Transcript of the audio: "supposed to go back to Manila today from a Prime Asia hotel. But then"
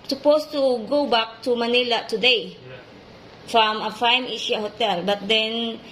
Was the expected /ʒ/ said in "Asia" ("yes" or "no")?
no